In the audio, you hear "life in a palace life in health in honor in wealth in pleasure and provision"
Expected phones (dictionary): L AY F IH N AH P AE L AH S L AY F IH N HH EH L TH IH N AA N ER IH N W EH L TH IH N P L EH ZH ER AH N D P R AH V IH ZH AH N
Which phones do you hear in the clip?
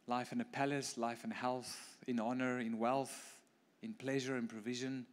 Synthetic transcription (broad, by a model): L AY F IH N AH P AE L AH S L AY F IH N HH EH L TH IH N AA N ER IH N W EH L TH IH N P L EH ZH ER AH N P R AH V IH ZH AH N